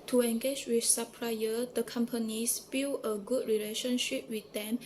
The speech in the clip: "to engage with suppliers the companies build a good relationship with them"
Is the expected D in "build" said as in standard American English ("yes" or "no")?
no